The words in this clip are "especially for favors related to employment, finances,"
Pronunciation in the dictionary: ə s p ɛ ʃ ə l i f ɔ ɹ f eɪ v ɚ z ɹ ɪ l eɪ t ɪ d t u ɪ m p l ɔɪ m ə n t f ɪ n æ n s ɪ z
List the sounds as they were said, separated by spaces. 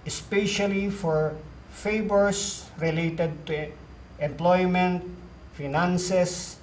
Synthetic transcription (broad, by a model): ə s p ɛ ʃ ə l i f ɔ ɹ f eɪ b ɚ s ɹ ɪ l eɪ t ɪ d t u ɪ m p l ɔɪ m ə n t f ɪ n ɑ n s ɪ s